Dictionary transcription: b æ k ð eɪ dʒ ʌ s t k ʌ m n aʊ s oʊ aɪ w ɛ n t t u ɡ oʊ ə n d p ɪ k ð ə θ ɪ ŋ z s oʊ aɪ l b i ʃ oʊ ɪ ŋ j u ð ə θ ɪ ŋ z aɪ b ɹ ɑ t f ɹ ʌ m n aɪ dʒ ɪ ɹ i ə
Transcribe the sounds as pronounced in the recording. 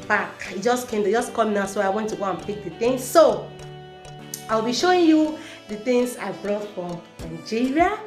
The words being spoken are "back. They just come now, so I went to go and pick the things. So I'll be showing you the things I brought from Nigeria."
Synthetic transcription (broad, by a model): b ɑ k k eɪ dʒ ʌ s k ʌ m n aʊ s oʊ aɪ w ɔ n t t u ɡ oʊ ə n p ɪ k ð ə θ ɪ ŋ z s oʊ aɪ l b i ʃ oʊ ɪ ŋ j u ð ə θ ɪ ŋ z aɪ b ɹ ɑ t f ɹ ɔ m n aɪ dʒ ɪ ɹ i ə